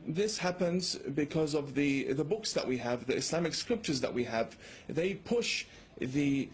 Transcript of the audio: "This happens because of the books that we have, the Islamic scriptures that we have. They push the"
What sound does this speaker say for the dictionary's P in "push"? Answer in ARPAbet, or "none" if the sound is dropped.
P